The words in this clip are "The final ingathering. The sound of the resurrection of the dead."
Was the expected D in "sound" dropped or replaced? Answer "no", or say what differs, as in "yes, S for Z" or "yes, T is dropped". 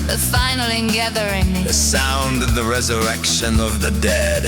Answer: no